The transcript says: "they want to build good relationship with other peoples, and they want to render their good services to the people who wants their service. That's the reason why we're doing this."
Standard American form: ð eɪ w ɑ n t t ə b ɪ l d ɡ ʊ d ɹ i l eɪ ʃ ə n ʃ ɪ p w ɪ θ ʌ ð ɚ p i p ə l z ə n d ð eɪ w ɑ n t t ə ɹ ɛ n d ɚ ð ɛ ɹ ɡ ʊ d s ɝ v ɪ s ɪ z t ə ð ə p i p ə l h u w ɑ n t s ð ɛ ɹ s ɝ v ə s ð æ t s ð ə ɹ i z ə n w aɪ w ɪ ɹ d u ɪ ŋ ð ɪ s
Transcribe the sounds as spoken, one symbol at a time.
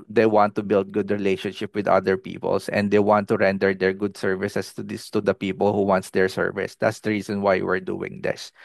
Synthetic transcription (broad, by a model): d eɪ w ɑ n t t ə b ɪ l d ɡ ʊ d ɹ i l eɪ ʃ ə n ʃ ɪ p w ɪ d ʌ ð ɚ p i p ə l s ə n d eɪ w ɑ n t t ə ɹ ɛ n d ɚ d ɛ ɹ ɡ ʊ d s ɝ v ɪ s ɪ s t ə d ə p i p ə l h u w ɑ n t s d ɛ ɹ s ɝ v ə s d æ t s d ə ɹ i s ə n w aɪ w ɪ ɹ d u ɪ ŋ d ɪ s